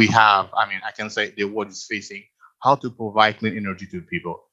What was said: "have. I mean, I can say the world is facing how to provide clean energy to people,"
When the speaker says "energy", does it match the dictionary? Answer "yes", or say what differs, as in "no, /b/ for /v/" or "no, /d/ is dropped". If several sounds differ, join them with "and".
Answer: yes